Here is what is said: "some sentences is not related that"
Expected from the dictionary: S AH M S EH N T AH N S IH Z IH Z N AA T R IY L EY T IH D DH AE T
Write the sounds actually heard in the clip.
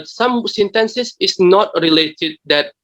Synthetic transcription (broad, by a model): S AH M S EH N T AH N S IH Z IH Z N AA T R IY L EY T IH D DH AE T